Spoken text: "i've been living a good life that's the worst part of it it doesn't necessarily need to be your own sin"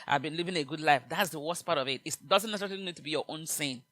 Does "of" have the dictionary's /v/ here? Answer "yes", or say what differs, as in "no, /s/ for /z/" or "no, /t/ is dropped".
yes